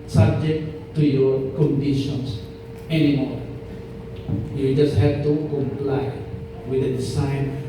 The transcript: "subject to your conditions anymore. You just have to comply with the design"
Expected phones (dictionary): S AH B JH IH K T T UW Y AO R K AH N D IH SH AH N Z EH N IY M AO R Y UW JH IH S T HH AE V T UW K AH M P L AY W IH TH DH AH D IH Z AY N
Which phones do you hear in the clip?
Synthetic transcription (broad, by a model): S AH B JH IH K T T UW Y AO R K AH N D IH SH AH N S EH N IY M AO R Y UW JH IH S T HH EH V T UW K AH M P L AY W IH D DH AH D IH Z AY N